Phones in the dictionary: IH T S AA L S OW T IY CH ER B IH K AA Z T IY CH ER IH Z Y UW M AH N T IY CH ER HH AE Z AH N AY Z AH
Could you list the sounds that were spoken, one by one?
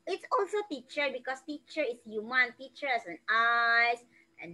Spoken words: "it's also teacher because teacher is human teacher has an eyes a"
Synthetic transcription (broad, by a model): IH T S AA L S OW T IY CH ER B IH K AA S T IY CH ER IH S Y UW M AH N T IY CH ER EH S AH N AY S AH